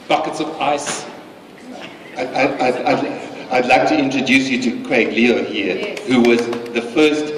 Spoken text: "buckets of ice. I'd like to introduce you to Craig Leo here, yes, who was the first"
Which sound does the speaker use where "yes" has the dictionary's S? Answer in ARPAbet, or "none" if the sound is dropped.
none